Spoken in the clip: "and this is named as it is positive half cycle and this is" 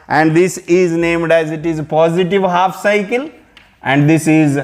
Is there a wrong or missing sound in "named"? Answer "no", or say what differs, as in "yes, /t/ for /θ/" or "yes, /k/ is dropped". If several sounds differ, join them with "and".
no